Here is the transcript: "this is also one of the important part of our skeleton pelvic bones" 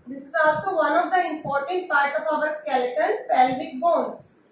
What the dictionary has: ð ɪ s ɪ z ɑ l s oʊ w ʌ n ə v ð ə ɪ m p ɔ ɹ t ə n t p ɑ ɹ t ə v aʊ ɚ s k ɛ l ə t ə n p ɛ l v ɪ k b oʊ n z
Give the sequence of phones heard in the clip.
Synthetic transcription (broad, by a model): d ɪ s ɪ z ɑ l s oʊ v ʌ n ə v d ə ɪ m p ɔ ɹ t ə n t p ɑ ɹ t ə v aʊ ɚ s k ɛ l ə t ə l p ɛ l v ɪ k b oʊ n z